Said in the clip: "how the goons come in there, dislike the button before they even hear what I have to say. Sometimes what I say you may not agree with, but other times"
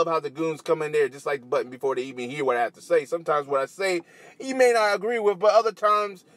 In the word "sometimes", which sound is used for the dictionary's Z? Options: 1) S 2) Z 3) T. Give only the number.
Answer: 2